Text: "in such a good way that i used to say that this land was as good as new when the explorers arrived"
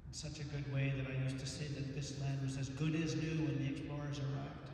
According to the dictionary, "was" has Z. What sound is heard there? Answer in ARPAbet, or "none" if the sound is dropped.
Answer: Z